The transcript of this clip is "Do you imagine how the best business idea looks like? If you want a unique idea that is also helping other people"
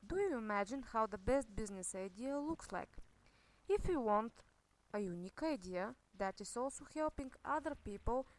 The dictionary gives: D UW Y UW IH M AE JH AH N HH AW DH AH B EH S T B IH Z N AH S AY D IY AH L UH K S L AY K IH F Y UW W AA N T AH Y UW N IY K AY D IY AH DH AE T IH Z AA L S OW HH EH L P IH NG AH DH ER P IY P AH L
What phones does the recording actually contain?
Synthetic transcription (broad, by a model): D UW Y UW IH M AE JH AH N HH AW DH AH B EH S T B IH Z N AH S AY D IY AH L UH K S L AY K IH F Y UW W AA N T AH Y UW N IY K AY D IY AH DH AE T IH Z AA L S OW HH EH L P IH NG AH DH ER P IY P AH L